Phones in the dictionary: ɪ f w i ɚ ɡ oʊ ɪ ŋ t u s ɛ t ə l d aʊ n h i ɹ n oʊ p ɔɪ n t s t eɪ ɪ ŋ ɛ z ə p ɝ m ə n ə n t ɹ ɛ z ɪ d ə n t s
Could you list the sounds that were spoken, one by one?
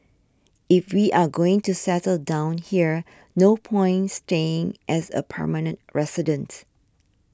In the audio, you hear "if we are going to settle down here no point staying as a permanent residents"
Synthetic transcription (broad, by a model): ɪ f w i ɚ ɡ oʊ ɪ ŋ t u s ɛ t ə l d aʊ n h i ɹ n oʊ p ɔɪ n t s t eɪ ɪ ŋ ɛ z ə p ɝ m ə n ə n t ɹ ɛ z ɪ d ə n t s